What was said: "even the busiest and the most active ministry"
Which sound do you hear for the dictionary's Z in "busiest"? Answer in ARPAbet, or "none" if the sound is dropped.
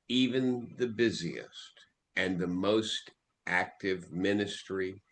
Z